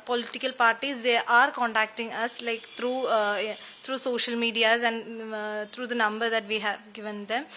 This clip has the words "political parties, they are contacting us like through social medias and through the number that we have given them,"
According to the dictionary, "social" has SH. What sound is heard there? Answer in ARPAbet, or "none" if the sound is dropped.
SH